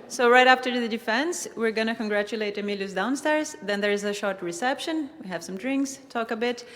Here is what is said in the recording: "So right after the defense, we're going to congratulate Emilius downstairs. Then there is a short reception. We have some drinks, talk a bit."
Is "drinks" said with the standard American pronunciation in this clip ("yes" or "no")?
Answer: yes